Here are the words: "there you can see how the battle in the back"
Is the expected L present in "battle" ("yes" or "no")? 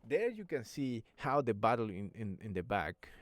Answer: no